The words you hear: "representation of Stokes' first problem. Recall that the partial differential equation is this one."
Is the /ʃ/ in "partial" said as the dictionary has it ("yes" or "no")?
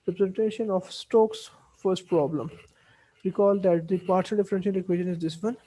no